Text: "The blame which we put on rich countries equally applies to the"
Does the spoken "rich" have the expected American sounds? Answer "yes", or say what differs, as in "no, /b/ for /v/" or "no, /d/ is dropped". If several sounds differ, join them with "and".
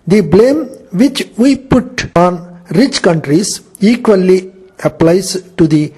yes